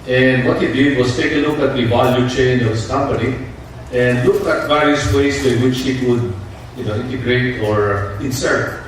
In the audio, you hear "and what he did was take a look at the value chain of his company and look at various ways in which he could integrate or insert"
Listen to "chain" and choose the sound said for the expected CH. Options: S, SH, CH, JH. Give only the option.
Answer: CH